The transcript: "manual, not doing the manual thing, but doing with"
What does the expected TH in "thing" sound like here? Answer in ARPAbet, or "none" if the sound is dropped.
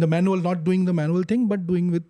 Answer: T